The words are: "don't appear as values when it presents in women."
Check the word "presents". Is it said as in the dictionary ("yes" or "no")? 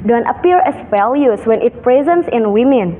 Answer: yes